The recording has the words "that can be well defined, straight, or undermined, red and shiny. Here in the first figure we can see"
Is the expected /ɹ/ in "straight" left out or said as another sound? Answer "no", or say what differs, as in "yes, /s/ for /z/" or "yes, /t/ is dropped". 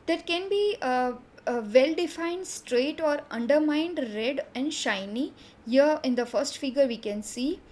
no